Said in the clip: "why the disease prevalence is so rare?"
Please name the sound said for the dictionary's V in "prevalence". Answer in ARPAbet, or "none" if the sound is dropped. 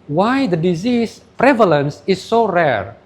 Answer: V